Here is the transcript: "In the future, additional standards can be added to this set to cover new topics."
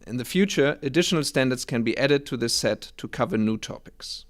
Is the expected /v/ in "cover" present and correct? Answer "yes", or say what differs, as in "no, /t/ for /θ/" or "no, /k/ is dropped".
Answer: yes